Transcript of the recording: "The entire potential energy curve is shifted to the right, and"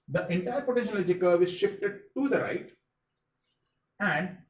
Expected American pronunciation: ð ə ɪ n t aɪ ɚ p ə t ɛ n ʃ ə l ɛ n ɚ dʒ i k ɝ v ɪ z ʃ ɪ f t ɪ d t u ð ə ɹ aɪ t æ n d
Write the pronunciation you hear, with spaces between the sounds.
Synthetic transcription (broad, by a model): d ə ɪ n t aɪ ɚ p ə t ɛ ʃ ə n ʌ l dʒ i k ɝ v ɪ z ʃ ɪ f t ɪ d t u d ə ɹ aɪ t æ n d